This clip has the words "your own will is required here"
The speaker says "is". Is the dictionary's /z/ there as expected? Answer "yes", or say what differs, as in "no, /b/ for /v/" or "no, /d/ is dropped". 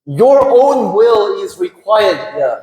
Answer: yes